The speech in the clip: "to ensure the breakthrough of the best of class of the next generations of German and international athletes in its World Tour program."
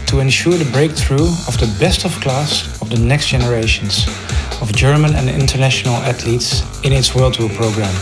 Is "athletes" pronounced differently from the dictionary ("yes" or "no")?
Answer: yes